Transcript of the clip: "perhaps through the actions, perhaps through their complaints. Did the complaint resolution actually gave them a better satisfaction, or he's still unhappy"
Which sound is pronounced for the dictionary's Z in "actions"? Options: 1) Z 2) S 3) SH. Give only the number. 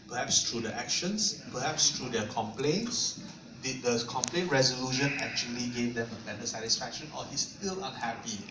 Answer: 2